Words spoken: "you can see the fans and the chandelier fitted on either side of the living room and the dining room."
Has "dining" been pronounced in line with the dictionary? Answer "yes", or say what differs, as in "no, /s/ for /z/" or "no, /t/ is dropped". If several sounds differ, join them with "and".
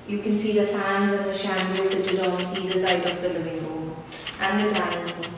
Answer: no, /n/ is dropped